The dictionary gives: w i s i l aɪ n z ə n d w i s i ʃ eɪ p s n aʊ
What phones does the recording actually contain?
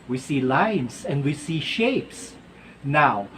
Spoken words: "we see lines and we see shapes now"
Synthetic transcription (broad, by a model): w i s i l aɪ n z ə n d w i s i ʃ eɪ p s n aʊ